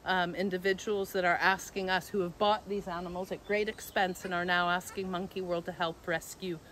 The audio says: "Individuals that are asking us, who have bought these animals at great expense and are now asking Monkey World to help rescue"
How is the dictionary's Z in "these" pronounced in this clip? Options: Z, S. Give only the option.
Z